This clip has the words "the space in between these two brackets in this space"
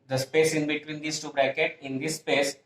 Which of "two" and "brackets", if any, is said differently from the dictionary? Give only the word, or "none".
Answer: brackets